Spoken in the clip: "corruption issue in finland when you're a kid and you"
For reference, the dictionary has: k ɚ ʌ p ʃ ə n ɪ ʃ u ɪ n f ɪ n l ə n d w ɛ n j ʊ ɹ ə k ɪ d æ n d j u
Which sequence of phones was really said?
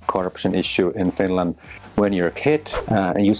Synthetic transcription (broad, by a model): k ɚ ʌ p ʃ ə n ɪ ʃ u ɪ n f ɪ n l ə n d w ɛ n j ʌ ɹ ə k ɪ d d j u